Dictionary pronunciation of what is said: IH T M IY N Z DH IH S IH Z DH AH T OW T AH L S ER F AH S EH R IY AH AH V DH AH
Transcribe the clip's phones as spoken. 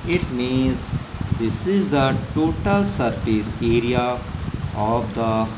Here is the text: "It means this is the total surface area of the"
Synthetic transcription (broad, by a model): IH T M IY N Z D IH S IH Z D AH T OW T AH L S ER P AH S EH R IY AH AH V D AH